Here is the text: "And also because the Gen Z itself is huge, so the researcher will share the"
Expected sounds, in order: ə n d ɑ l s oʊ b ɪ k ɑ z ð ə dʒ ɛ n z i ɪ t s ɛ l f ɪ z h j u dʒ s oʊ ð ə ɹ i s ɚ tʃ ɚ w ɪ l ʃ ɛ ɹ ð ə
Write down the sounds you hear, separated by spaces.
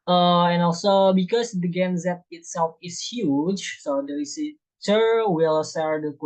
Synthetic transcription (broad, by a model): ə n ɑ l s oʊ b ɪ k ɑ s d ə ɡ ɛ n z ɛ ɪ t s ɛ l f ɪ s h j u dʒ s oʊ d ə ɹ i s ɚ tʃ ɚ w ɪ l s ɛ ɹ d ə